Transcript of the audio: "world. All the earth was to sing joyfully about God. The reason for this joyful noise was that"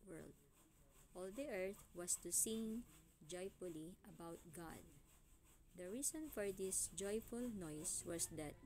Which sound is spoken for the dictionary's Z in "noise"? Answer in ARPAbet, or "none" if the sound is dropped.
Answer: S